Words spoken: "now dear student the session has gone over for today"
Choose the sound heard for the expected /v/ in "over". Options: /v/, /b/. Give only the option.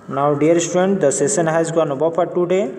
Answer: /b/